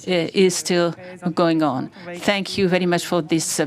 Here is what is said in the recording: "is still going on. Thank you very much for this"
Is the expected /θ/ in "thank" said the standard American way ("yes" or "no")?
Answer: yes